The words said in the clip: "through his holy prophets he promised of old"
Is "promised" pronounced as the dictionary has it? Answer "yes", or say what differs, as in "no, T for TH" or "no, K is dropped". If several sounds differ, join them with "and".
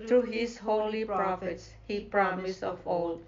no, T is dropped